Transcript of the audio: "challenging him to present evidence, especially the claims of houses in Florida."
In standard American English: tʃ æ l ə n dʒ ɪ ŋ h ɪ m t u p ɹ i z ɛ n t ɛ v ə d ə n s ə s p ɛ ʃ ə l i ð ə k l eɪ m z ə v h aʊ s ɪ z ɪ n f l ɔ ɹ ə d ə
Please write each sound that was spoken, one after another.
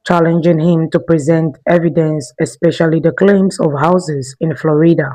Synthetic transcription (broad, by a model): tʃ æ l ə n dʒ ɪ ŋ h ɪ m t u p ɹ i z ɛ n t ɛ v ə d ə n s ə s p ɛ ʃ ə l i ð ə k l eɪ m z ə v h aʊ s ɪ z ɪ n f l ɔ ɹ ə d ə